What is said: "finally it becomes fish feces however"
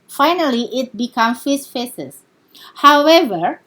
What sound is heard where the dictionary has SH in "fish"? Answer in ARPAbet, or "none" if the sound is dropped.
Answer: S